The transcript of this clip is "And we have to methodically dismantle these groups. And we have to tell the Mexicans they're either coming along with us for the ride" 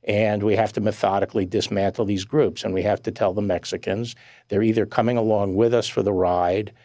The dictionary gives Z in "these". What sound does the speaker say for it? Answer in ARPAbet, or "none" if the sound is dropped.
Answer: Z